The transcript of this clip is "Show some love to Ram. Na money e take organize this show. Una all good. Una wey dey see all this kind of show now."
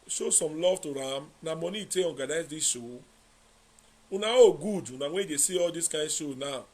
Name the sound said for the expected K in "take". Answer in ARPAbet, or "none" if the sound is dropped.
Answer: none